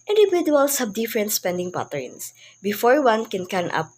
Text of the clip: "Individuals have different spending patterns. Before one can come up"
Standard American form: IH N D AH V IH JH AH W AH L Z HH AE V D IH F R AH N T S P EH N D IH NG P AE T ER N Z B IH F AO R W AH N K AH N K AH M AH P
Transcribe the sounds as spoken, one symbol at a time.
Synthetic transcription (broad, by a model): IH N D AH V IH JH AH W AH L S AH B D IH F R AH N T S P EH N D IH NG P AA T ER N S B IH F AO R W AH N K AH N K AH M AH P